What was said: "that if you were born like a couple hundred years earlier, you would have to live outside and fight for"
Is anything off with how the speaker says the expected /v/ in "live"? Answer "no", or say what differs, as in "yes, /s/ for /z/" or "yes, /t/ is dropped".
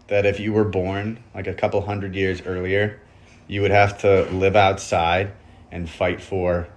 no